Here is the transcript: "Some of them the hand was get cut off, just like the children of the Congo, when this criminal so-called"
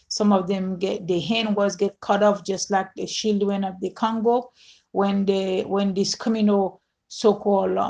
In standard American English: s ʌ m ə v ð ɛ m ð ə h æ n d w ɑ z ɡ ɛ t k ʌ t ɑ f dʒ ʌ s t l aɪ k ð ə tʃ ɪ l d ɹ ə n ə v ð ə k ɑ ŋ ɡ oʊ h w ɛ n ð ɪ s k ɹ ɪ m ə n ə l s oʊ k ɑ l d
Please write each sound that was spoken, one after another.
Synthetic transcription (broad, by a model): s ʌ m ə v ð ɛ m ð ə h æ n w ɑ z ɡ ɛ t k ʌ t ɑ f dʒ ʌ s t l aɪ k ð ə ʃ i l d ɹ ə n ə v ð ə k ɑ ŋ ɡ oʊ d w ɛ n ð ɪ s k ɹ ɪ m ə n ə l s oʊ k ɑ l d